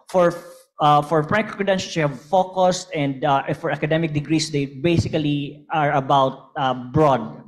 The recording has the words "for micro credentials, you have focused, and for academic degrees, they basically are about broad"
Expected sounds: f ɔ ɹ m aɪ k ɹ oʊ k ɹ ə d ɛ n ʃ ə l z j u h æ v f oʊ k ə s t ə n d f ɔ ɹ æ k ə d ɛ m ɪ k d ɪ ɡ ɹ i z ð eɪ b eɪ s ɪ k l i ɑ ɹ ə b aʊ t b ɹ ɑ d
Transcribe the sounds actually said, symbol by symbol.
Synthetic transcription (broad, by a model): f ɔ ɹ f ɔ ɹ ɹ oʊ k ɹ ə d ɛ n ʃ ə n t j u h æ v f oʊ k ə s t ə n d f ɔ ɹ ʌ k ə d ɛ m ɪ k d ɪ ɡ ɹ i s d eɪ b eɪ s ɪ k l i ɑ ɹ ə b aʊ t b ɹ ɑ d